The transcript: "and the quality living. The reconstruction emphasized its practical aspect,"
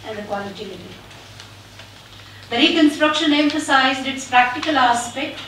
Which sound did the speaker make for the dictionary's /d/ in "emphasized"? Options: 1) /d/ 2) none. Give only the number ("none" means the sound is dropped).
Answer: 1